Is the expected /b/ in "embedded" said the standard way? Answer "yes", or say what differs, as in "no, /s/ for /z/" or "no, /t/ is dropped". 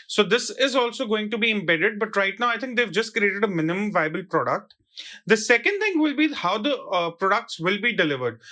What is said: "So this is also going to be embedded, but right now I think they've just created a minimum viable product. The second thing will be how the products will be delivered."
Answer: yes